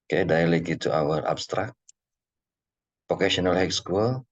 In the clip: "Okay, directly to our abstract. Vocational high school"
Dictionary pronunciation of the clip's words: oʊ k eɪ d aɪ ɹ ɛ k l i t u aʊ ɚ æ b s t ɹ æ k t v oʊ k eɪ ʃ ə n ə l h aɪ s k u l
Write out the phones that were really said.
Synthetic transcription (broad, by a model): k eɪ d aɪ l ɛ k i t u aʊ ɚ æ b s t ɹ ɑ k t p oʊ k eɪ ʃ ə n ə l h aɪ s k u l